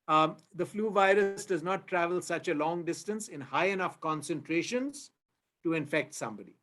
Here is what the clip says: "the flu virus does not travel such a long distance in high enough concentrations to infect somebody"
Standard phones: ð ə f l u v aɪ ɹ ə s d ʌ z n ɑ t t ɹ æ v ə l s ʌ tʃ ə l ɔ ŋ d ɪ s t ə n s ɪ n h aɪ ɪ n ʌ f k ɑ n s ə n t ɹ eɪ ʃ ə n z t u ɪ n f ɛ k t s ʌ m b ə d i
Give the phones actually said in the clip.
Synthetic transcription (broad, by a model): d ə f l u v aɪ ɹ ə s d ʌ z n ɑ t t ɹ æ v ə l s ʌ tʃ ə l ɔ ŋ d ɪ s t ə n s ɪ n h aɪ ɪ n ʌ f k ɑ n s ə n t ɹ eɪ ʃ ə n z t u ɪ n f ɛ k t s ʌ m b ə d i